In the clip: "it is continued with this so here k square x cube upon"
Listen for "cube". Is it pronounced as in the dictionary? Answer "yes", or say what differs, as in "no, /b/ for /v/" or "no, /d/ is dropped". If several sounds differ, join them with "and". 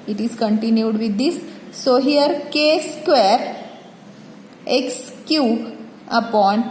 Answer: no, /b/ is dropped